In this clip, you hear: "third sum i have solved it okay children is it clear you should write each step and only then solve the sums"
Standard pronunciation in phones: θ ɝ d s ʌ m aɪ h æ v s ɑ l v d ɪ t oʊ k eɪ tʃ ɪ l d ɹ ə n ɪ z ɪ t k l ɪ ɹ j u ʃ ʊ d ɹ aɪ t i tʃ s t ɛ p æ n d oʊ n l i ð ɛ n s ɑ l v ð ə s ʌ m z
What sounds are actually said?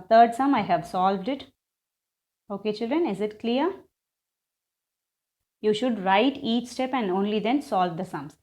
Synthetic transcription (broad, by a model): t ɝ d s ʌ m aɪ h æ v s ɑ l v d ɪ t oʊ k eɪ tʃ ɪ l d ɹ ə n ɪ z ɪ t k l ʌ ɹ j u ʃ ʊ d ɹ aɪ t i tʃ s t ɛ p æ n d oʊ n l i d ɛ n s ɑ l v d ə s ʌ m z